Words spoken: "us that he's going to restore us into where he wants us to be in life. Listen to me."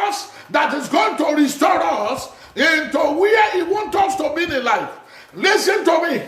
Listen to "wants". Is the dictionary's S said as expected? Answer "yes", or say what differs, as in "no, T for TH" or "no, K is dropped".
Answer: no, S is dropped